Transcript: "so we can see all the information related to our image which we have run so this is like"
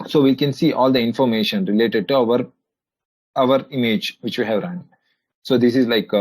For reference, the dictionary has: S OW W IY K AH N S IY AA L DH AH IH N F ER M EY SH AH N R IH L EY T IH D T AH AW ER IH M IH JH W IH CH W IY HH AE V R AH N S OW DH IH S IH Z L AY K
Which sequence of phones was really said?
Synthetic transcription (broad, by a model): S OW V IY K AH N S IY AA L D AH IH N F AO M EY SH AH N R IH L EY T IH D T AH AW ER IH M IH JH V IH CH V IY HH AE V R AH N S OW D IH S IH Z L AY K